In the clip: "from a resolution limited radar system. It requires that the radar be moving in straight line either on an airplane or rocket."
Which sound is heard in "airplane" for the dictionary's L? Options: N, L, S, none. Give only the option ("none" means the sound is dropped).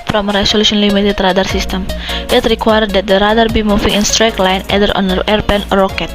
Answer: none